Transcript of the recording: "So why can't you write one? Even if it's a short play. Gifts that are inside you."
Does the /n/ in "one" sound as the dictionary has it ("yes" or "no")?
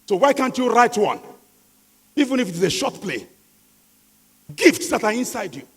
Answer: yes